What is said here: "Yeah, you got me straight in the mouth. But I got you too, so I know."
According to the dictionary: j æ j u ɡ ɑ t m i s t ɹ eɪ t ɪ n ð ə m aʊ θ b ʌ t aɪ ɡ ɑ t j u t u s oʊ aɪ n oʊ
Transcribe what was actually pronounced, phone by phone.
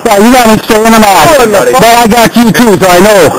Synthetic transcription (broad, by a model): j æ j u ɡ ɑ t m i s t eɪ ɪ n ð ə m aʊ s b ʌ t aɪ ɡ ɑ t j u t u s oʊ aɪ n oʊ